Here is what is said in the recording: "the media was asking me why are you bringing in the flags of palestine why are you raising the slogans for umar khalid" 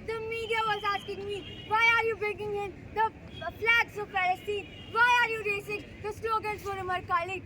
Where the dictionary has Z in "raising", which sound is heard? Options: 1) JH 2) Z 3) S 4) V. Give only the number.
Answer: 3